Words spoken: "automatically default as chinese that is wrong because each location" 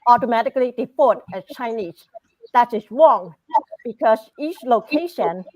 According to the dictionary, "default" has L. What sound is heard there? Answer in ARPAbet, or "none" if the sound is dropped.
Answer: none